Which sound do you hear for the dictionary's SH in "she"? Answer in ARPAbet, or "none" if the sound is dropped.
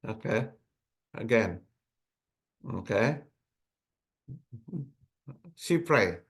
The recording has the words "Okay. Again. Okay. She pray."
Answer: S